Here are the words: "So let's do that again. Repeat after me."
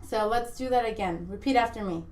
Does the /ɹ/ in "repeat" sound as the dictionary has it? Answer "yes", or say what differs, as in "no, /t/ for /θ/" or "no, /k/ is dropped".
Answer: yes